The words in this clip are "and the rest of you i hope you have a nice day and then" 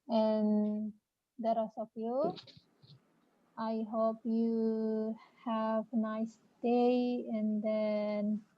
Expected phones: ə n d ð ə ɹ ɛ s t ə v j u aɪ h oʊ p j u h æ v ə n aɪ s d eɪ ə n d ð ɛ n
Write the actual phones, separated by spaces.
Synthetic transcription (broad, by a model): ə n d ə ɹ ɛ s ə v j u aɪ h oʊ p j u h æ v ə n aɪ s d eɪ ə n d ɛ n